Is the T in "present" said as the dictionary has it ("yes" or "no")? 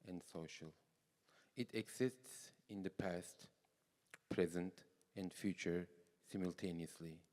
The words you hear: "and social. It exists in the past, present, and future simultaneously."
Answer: yes